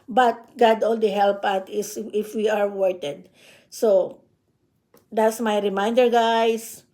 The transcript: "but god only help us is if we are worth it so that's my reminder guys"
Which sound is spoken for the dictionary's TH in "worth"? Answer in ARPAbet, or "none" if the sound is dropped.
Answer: T